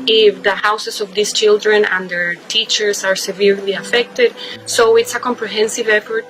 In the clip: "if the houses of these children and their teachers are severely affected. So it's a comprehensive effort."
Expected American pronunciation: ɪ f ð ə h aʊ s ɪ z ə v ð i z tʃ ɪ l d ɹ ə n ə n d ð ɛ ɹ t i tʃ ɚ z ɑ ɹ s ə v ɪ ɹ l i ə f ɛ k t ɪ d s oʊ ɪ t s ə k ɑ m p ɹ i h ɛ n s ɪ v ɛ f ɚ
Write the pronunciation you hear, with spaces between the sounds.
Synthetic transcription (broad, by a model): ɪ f ð ə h aʊ s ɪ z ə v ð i s tʃ ɪ l d ɹ ə n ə n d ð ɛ ɹ t i tʃ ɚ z ɑ ɹ s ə v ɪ ɹ l i ə f ɛ k t ɪ d s oʊ ɪ t s ə k ɑ m p ɹ i h ɛ n s ɪ v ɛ f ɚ